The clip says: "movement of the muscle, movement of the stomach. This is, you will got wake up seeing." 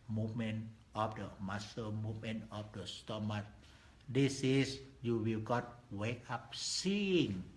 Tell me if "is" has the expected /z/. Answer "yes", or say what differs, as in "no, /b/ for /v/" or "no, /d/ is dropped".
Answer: no, /s/ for /z/